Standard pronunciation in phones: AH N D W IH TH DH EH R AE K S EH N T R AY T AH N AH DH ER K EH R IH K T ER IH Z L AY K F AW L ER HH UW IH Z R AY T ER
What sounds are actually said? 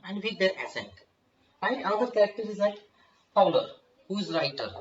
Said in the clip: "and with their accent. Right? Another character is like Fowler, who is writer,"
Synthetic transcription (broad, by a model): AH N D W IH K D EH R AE S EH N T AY AH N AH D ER K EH R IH K T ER IH Z L AY K P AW L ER HH UW IH Z R AY T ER